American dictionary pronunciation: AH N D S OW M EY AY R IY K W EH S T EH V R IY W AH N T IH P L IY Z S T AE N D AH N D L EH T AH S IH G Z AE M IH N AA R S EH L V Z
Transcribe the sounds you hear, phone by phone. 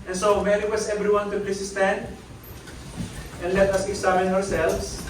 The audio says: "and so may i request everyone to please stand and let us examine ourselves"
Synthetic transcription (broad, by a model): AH N S OW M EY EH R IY W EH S EH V R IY W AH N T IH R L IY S S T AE N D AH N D L EH T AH S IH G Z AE M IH N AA R S EH L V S